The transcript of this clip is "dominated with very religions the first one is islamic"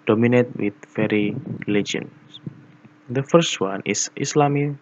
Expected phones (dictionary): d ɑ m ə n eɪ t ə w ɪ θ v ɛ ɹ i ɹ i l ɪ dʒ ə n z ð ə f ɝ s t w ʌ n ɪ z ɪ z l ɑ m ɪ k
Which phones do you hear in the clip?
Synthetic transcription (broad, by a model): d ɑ m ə n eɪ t w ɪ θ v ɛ ɹ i l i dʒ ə n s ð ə f ɝ s t w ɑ n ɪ s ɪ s l ɑ m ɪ